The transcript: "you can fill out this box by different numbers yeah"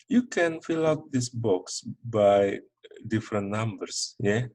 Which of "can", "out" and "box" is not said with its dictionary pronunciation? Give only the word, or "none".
none